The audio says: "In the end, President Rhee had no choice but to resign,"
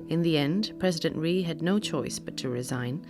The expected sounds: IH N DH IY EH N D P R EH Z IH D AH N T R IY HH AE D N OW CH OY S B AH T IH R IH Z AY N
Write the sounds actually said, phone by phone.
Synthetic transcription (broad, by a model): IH N DH IY EH N D P R EH Z IH D AH N T R IY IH D N OW CH OY S B AH T IH R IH Z AY N